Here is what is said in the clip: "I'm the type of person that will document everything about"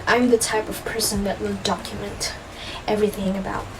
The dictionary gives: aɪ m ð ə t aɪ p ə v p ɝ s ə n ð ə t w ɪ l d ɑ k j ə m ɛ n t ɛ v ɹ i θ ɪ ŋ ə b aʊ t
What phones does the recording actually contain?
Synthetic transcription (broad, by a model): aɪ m ð ə t aɪ p ə v p ɝ s ə n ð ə t w ɪ l d ɑ k j ə m ɛ n t ɛ v ɹ i θ ɪ ŋ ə b aʊ t